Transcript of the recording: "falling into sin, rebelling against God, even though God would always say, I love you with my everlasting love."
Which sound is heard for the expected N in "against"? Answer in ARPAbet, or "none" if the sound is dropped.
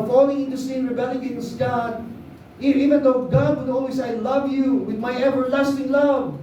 none